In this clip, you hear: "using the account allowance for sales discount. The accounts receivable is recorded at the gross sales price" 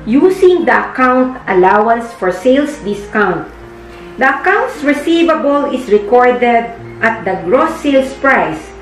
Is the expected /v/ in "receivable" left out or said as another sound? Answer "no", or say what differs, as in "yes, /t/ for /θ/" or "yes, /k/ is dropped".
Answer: no